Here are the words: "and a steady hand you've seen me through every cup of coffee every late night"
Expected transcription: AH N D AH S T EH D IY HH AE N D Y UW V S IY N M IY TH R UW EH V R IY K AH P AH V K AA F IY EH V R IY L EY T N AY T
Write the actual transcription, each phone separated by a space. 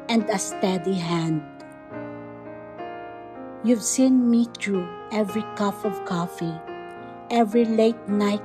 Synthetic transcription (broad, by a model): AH N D AH S T EH D IY HH AE N D Y UW V S IY N M IY T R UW EH V R IY K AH F AH V K AA F IY EH V R IY L EY T N AY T